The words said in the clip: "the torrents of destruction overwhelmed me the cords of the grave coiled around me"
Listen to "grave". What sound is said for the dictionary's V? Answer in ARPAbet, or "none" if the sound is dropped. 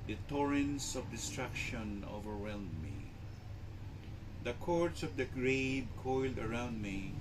B